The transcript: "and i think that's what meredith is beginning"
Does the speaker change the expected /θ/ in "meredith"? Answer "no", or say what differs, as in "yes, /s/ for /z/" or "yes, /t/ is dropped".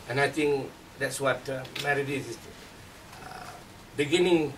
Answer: yes, /s/ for /θ/